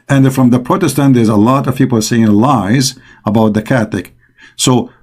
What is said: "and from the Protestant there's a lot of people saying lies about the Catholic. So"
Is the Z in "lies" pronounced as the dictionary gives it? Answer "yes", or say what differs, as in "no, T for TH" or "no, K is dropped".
yes